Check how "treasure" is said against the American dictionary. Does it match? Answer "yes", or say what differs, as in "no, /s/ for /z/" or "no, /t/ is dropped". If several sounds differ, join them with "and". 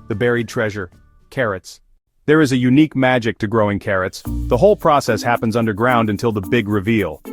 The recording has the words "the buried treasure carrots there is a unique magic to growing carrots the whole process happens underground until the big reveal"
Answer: yes